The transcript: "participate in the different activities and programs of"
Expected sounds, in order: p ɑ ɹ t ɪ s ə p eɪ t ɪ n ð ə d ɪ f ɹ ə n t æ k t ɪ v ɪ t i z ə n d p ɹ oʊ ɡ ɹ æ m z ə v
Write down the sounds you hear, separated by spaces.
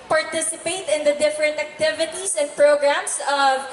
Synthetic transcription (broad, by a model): p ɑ ɹ t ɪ s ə p eɪ t ɪ n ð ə d ɪ f ɹ ə n t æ k t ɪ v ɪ t i s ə n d p ɹ oʊ ɡ ɹ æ m s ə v